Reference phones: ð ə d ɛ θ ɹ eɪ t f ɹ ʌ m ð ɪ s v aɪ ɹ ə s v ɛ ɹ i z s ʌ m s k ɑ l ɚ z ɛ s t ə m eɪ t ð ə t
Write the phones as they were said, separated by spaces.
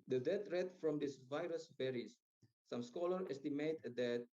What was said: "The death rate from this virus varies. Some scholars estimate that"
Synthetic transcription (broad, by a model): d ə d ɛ t ɹ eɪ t f ɹ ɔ m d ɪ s v aɪ ɹ ə s b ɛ ɹ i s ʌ m s k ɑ l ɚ ɛ s t ə m eɪ t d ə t